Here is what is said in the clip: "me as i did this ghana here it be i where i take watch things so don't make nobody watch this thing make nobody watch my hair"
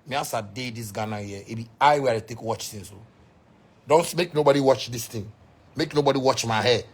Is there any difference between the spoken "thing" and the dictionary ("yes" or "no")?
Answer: yes